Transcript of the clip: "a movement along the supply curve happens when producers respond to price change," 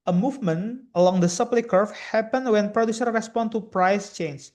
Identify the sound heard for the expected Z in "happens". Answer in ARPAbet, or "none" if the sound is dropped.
none